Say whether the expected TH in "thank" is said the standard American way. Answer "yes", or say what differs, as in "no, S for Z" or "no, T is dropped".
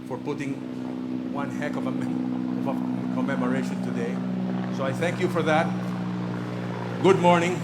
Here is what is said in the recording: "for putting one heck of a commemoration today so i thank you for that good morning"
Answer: yes